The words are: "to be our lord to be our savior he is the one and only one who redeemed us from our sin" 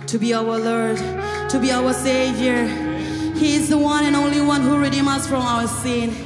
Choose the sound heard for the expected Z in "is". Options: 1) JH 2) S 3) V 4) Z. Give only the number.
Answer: 4